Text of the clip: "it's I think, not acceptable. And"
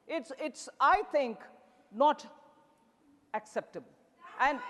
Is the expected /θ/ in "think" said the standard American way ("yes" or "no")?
no